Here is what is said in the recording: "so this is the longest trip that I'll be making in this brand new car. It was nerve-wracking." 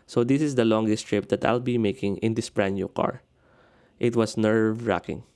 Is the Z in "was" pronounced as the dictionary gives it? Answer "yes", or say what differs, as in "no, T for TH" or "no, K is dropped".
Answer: no, S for Z